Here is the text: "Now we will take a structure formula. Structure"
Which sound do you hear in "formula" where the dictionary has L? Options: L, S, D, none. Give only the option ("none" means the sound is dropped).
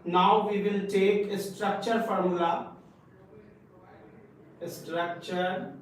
none